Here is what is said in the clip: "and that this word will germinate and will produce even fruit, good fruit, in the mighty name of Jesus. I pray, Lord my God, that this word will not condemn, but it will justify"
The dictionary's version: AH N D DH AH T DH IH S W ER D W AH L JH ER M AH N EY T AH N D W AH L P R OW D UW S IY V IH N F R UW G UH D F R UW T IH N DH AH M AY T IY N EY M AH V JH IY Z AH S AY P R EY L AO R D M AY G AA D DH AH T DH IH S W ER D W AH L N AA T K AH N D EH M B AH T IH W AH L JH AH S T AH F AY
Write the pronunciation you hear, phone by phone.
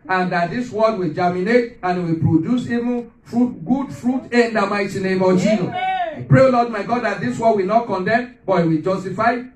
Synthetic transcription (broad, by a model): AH N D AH T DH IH S W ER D W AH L JH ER M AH N EY T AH N W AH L P R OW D UW S IY V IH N F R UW G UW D F R UW T IH N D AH M AY T IY N EY M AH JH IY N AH AY P R EY L AO D M AY G AA D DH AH T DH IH S W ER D W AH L N AA T K AH N D EH M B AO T IH W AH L JH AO S T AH F AY